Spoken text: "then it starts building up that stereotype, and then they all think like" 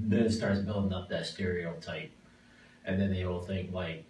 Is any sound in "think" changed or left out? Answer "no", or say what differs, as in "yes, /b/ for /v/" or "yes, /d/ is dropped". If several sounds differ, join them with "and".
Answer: no